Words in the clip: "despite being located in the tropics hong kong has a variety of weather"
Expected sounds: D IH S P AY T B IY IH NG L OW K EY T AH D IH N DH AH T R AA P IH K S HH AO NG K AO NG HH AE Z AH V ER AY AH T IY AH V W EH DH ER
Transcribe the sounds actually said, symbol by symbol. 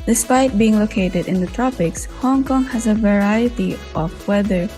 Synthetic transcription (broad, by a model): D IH S P AY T B IY IH NG L OW K EY T AH D IH N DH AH T R AA P IH K S HH AO NG K AO NG HH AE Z AH V ER AY AH T IY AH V W EH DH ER